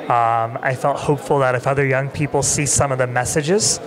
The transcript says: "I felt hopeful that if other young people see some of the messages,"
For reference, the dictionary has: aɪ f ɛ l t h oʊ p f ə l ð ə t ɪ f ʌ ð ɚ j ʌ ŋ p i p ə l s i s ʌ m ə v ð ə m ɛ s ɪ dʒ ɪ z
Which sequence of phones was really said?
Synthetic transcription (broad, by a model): aɪ f ɛ l t h oʊ p f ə l ð ə t ɪ f ʌ ð ɚ j ʌ ŋ p i p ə l s i s ʌ m ə v ð ə m ɛ s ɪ dʒ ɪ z